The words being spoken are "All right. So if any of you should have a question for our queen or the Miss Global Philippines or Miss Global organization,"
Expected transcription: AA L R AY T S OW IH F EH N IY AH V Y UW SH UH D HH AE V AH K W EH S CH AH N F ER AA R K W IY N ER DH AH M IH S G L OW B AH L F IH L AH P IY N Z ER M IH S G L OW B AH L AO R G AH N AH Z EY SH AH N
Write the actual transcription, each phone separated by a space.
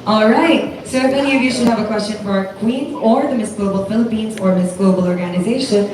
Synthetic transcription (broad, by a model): AA L R AY T S OW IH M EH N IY AH V Y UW SH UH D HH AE V AH K W EH S CH AH N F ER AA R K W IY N ER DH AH M IH S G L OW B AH L F IH L AH P IY N Z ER M IH S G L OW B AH L AO R G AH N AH Z EY SH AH N